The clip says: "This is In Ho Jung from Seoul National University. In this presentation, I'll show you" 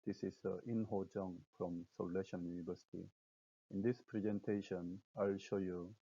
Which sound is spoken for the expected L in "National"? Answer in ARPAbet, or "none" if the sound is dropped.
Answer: N